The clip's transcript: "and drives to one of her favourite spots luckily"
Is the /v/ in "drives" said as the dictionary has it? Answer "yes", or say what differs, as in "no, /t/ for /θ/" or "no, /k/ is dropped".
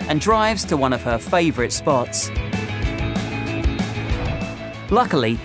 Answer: yes